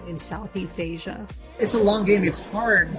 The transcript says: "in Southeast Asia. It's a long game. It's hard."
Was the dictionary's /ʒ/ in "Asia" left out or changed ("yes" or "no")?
no